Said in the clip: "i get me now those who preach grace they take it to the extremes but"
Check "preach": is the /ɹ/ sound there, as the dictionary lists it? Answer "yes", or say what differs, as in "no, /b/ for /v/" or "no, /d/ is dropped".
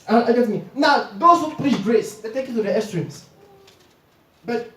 no, /l/ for /ɹ/